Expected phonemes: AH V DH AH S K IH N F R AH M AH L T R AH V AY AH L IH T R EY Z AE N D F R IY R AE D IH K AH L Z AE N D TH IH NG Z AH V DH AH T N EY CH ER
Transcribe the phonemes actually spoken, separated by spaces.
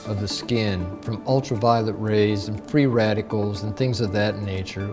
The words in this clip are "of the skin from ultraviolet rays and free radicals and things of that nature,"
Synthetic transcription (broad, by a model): AH V DH AH S K IH N F R AH M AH L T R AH V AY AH L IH T R EY Z N F R IY R AE D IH K L Z N TH IH NG Z AH V DH AH T N EY CH ER